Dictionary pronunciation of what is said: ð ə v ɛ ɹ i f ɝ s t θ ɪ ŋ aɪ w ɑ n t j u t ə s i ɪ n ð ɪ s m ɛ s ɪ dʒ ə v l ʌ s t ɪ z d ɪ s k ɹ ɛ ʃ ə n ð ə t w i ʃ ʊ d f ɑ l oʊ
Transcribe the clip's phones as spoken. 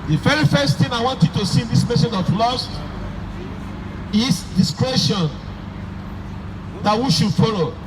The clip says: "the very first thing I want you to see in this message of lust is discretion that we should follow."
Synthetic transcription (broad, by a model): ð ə f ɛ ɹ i f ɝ s t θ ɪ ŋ aɪ w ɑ n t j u t ə s i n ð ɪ s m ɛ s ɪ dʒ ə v l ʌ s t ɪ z d ɪ s k ɹ ɛ ʃ ə n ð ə t w i ʃ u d f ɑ l oʊ